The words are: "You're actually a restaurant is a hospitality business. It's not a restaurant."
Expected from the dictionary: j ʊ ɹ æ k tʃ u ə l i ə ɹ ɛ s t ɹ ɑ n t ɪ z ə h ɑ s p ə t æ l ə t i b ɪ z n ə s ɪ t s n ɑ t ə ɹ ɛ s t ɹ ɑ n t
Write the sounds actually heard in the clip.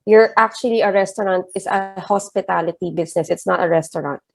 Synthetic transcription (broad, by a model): j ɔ ɹ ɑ k tʃ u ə l i ə ɹ ɛ s t ɹ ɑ n t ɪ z ə h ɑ s p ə t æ l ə t i b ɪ s n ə s ɪ t s n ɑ t ə ɹ ɛ s t ɹ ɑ n t